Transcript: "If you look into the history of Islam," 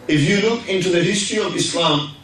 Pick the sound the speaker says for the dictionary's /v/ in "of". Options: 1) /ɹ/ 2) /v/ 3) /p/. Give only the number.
2